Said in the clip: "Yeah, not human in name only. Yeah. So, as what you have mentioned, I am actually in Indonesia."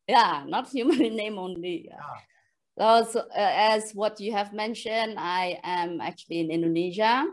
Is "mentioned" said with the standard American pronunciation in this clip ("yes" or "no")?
yes